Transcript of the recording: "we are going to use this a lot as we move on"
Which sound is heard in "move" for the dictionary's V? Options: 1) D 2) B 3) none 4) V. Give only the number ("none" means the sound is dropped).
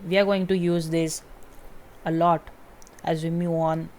3